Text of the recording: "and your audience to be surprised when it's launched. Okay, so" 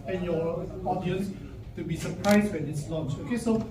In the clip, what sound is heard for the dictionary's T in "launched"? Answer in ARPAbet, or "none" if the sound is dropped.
none